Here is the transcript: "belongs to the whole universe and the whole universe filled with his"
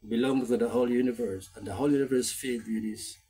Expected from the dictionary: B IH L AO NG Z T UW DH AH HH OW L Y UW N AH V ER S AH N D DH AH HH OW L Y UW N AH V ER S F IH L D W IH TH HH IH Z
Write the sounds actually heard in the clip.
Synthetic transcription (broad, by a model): B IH L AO NG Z T UW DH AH HH OW L Y UW N AH V ER S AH N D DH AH HH OW L Y UW N AH V ER S F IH D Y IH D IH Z